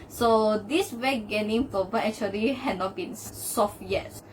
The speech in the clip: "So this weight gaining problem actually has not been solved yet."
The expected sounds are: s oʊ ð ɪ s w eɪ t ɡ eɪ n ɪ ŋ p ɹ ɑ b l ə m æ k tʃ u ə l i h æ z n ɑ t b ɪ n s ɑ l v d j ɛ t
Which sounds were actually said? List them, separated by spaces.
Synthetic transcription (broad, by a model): s oʊ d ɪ s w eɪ ɡ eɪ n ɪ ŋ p ɑ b ə ɛ k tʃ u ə l i h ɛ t n ɑ t b ɪ n s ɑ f j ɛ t